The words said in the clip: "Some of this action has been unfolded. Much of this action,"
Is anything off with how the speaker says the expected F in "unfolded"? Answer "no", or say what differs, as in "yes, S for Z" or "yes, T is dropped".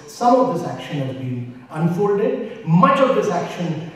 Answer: no